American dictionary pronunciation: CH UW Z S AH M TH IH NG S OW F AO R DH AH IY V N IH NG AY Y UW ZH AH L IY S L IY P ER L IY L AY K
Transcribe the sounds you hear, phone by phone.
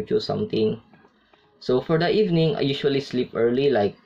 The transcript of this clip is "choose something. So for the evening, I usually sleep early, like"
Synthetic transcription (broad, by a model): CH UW S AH M T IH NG S OW F AO R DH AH IY V N IH NG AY Y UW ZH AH L IY S L IY P ER L IY L AY K